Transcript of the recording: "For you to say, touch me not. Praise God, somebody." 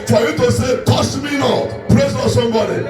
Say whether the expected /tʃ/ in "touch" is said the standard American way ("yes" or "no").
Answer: no